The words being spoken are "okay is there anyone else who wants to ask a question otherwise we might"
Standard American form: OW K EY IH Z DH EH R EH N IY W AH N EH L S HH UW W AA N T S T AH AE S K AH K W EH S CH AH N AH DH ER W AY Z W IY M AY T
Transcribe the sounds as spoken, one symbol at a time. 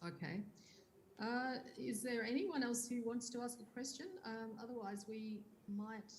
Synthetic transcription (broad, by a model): OW K EY IH Z DH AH R EH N IY W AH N EH L S HH UW W AA N T S T AH AE S K AH K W EH S CH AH N AH DH ER W AY Z W IY M AY T